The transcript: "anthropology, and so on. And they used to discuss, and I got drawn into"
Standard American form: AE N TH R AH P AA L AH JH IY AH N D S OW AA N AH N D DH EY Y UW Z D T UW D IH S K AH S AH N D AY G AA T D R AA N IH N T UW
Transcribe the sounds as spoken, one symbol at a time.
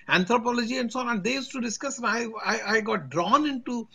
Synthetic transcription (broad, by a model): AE N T R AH P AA L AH JH IY AH N D S OW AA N AH N D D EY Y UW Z T UW D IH S K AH S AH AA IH AY G AA T D R AA N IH N T UW